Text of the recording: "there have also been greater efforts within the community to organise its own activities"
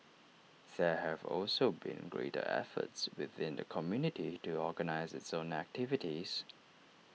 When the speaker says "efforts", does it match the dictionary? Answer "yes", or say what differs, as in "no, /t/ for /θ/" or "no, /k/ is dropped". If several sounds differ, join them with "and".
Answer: yes